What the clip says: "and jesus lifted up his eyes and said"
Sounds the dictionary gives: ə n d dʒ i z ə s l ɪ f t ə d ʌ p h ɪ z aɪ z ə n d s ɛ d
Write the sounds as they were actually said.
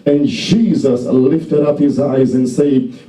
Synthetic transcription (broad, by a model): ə n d dʒ i z ə s l ɪ f t ə d ʌ p h ɪ z aɪ z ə n s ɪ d